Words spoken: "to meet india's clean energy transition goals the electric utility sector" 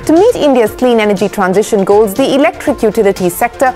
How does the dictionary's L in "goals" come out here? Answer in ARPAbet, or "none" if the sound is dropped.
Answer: L